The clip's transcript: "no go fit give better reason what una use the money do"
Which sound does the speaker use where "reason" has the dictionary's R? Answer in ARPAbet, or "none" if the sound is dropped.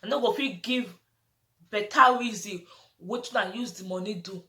W